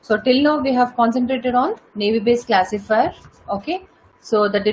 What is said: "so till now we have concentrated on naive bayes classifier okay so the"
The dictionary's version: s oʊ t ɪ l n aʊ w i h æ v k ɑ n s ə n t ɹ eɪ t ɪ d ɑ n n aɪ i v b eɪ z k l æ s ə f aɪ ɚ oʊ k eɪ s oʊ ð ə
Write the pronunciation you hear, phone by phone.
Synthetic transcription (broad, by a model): s oʊ t ɪ l n aʊ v i h æ v k ɑ n s ə n t ɹ eɪ t ɪ d ɑ n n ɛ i b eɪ s k l æ s ə f aɪ ɚ oʊ k eɪ s oʊ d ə